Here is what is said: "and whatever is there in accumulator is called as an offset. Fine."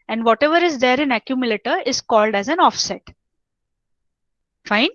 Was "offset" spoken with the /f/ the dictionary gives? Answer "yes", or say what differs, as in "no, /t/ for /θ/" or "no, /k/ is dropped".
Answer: yes